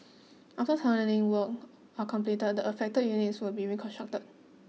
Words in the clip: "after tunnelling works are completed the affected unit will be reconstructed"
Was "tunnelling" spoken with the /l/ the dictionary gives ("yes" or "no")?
no